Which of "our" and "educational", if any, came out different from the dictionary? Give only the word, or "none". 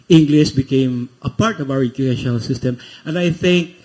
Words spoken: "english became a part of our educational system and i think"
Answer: educational